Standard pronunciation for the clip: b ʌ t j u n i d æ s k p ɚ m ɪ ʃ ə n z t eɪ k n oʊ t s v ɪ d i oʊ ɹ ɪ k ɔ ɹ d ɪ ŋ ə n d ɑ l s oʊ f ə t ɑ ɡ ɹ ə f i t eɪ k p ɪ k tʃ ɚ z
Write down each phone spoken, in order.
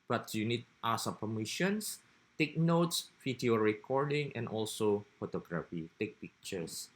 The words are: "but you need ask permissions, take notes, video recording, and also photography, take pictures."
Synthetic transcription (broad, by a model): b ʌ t j u n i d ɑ s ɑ p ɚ m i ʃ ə n s t eɪ k n oʊ t s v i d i oʊ ɹ ɪ k ɔ ɹ d ɪ ŋ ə n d ɑ l s oʊ f ə t ɑ ɡ ɹ ə f i t eɪ k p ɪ k tʃ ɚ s